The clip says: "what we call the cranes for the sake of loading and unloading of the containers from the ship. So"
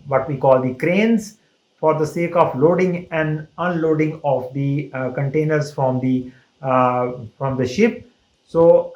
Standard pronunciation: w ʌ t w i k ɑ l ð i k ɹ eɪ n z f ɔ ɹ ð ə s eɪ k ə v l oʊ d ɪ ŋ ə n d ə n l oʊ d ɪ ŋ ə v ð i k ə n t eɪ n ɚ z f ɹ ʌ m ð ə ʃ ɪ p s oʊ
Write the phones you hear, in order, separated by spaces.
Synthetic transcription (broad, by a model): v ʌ t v i k ɑ l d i k ɹ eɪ n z f ɔ ɹ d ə s eɪ k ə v l oʊ d ɪ ŋ ə n d ə n l oʊ d ɪ ŋ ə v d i k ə n t eɪ n ɚ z f ɹ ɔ m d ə ʃ ɪ p s oʊ